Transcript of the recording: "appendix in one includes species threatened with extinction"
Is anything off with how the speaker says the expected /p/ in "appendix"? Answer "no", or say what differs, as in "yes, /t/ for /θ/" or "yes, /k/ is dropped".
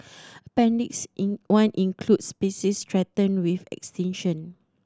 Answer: no